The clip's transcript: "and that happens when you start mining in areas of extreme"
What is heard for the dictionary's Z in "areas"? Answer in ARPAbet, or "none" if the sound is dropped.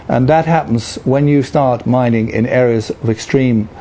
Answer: Z